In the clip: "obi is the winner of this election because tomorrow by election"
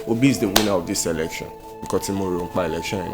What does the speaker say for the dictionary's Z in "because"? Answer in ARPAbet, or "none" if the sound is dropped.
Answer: none